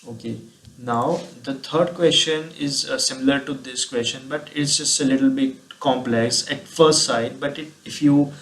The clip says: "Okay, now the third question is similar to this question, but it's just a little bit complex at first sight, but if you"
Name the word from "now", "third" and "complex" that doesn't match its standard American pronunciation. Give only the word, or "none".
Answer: third